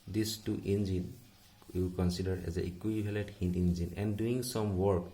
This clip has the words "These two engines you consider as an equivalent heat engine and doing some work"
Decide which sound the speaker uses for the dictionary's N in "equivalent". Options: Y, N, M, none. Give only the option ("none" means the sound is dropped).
none